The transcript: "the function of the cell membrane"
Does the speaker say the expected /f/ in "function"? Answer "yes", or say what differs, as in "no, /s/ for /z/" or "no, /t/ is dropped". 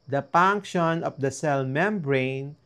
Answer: no, /p/ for /f/